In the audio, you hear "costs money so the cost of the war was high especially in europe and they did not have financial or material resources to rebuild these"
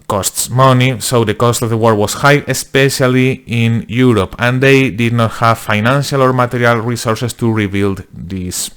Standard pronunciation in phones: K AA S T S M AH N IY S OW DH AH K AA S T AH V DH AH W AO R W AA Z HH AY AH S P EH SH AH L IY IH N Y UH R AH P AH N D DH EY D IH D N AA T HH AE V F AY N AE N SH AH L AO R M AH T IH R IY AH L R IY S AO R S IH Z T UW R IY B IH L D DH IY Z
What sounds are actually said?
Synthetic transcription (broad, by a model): K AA S T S M AH N IY S OW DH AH K AA S T AH V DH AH W AO R W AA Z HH AY AH S P EH SH AH L IY IH N Y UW R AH P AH N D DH EY D IH D N AA T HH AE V F AY N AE N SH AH L AO R M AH T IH R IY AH L R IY S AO R S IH S T UW R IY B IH L D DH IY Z